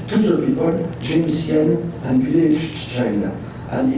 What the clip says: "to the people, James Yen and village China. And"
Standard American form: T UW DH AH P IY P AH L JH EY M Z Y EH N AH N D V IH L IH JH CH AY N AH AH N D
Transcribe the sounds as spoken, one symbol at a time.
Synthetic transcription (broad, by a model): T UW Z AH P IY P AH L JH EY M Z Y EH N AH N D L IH SH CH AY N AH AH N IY